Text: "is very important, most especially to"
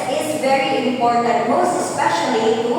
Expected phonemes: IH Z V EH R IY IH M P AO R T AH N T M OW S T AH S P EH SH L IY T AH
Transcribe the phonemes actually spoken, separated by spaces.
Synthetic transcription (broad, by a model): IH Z V EH R IY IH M P AO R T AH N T M OW S T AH S P EH SH IY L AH